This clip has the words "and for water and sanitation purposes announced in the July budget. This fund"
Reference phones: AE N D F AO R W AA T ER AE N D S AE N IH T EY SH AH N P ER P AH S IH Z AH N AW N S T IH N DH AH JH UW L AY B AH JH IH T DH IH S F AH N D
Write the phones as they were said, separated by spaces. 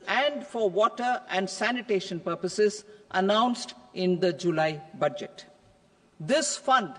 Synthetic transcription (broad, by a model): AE N D F AO R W AA T ER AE N D S AE N IH T EY SH AH N P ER P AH S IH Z AH N AW N S T IH N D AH JH UW L AY B AH JH IH T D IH S F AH N D